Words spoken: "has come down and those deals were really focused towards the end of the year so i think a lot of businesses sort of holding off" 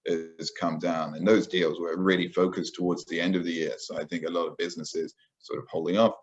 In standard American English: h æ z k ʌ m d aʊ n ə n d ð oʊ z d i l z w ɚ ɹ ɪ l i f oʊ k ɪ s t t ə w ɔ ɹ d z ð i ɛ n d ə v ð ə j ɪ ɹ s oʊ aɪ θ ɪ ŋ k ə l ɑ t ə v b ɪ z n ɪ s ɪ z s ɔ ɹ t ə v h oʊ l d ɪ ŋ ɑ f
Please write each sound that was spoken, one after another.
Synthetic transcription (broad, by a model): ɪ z k ʌ m d aʊ n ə n ð oʊ z d i l z w ɚ ɹ ɪ l i f oʊ k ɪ s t t ə w ɔ ɹ d z ð i ɛ n d ə v ð ə j ɪ ɹ s oʊ aɪ θ ɪ ŋ k ə l ɑ t ə v b ɪ z n ɪ s ɪ z s ɔ ɹ t ə v h oʊ l d ɪ ŋ ɑ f